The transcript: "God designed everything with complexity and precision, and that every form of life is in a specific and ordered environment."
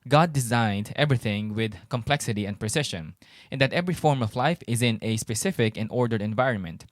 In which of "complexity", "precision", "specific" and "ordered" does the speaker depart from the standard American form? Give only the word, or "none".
precision